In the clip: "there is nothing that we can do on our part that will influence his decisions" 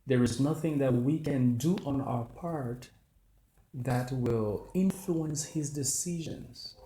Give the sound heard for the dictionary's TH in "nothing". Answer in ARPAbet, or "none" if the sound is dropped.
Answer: TH